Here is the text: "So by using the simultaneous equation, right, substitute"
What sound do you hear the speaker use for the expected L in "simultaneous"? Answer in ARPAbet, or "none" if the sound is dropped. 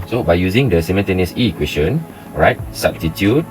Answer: N